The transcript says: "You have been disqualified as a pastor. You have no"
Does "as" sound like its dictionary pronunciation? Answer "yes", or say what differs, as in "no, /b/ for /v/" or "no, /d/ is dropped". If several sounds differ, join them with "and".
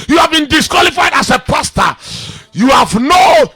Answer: no, /s/ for /z/